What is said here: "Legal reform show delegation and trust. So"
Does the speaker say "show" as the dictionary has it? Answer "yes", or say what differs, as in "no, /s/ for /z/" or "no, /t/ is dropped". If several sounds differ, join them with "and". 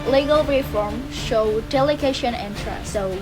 yes